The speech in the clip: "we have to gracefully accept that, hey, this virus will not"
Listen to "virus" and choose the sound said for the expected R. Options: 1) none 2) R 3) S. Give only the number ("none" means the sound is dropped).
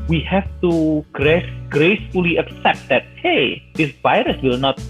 2